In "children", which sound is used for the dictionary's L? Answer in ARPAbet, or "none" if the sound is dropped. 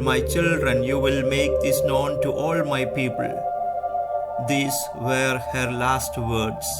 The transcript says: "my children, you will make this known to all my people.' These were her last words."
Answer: L